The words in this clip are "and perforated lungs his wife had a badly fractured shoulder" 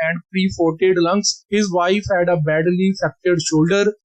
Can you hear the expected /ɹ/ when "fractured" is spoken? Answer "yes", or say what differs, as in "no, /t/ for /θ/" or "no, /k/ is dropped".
no, /ɹ/ is dropped